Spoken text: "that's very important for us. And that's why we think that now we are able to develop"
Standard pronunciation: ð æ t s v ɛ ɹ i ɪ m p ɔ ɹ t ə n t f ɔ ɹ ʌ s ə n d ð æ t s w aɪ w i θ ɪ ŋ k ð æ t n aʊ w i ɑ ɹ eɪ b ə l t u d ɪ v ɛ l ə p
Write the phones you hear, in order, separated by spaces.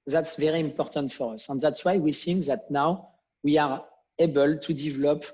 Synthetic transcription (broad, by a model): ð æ t s v ɛ ɹ i ɪ m p ɔ ɹ t ə n t f ɔ ɹ ʌ s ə n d ð æ t s w aɪ w i s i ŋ ð æ t n aʊ w i ɑ ɹ eɪ b ə l t u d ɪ v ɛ l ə p